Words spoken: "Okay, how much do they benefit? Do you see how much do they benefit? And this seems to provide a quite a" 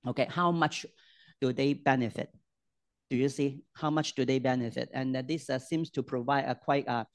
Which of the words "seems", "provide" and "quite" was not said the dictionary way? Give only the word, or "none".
seems